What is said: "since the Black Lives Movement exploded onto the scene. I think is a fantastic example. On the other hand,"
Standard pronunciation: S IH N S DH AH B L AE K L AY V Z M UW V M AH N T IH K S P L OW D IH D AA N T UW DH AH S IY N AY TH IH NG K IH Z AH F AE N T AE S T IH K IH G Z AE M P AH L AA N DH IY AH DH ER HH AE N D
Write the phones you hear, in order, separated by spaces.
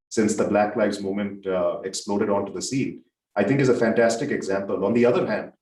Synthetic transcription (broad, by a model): S IH N S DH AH B L AE K L AY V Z M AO M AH N T IH K S P L OW D IH D AA N T UW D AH S IY N AY T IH NG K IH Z AH F AE N T AE S T IH K IH G Z AE M P AH L AA N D IY AH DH ER HH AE N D